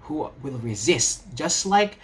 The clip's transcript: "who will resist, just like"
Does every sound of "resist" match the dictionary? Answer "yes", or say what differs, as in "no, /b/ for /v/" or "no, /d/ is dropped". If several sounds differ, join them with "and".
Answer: yes